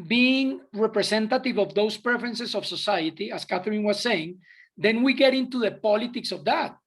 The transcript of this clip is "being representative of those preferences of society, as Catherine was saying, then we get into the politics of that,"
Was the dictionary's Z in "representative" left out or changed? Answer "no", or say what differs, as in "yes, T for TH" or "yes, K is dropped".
yes, S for Z